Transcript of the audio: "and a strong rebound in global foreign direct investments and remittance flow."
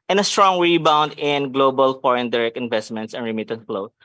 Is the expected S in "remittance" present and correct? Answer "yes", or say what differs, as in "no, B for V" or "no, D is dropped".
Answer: no, S is dropped